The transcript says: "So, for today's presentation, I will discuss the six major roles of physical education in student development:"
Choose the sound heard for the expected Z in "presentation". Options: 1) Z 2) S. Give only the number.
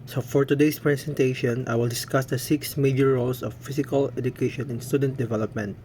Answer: 2